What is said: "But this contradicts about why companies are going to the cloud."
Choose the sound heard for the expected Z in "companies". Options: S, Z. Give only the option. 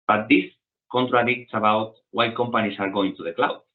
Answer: S